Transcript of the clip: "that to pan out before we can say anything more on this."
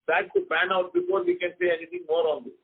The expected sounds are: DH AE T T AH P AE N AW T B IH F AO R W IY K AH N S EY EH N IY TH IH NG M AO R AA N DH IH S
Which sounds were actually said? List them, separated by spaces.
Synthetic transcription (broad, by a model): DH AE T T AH B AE N AW T B IH F AO R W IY K AH N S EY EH N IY T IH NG M AO R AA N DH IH